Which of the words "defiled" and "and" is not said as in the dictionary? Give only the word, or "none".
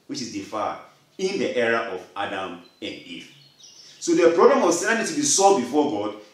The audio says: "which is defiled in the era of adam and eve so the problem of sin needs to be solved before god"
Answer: defiled